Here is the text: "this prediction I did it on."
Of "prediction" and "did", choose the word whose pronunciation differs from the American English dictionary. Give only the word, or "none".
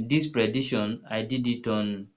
prediction